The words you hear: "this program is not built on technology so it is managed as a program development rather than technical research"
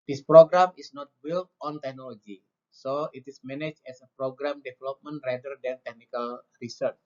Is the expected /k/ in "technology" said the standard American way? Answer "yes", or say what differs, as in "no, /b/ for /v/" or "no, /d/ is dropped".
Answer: yes